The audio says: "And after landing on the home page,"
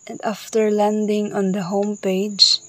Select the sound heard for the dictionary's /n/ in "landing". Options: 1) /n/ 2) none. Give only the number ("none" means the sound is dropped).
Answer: 1